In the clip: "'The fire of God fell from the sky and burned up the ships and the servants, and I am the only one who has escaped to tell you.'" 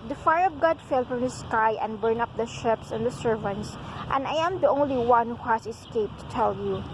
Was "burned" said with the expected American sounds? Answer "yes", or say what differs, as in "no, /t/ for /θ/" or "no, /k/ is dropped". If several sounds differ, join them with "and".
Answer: no, /d/ is dropped